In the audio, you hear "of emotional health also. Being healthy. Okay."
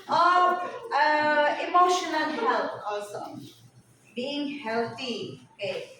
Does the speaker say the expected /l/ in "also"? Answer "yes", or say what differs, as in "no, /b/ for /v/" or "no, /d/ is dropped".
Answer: no, /l/ is dropped